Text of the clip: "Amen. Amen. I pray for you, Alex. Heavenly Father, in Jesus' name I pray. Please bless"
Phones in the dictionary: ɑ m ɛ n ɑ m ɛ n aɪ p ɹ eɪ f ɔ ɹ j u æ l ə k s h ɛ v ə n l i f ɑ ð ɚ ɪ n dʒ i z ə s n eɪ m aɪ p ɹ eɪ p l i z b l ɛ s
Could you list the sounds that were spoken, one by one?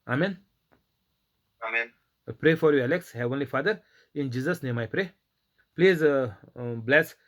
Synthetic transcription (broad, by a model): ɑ m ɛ n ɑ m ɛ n p ɹ eɪ f ɔ ɹ j u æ l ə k s h ɛ v ə n l i f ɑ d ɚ ɪ n dʒ i z ə s n eɪ m aɪ p ɹ eɪ p l i z b l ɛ s